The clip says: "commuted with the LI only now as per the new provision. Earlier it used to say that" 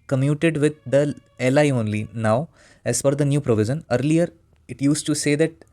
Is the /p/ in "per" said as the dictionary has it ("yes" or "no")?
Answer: no